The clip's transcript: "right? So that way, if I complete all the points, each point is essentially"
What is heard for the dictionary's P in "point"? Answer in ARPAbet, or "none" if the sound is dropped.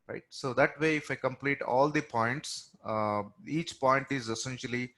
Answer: P